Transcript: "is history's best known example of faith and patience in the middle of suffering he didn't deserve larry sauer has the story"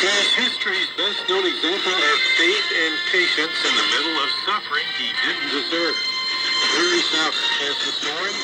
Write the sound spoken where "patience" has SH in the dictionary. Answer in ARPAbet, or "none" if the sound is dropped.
SH